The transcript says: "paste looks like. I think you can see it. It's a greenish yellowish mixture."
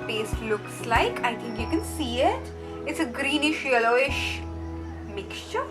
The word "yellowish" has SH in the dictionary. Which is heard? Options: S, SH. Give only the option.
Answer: SH